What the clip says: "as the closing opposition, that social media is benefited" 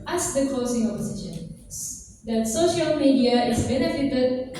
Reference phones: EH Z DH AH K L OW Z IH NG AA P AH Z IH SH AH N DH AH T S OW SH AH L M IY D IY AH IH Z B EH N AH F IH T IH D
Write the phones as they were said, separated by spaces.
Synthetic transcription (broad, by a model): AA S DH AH K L OW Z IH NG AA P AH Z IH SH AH N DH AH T S OW SH AH L M IY D IY AH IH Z B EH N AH F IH T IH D